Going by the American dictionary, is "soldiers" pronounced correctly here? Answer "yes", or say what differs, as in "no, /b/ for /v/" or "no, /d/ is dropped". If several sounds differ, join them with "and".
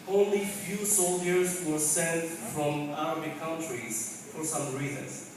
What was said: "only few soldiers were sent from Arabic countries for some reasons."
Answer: yes